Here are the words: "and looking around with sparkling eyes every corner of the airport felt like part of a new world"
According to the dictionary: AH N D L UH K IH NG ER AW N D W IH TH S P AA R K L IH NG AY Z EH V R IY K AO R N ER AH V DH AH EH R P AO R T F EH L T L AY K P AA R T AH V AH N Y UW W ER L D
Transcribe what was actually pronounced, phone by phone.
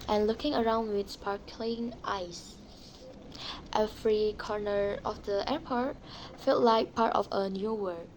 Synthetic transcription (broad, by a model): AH N L UH K IH NG ER AW N D W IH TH S P AA R K L IH NG AY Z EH F R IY K AO R N ER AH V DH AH EH R P AO R T F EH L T L AY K P AA R T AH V AH N Y UW W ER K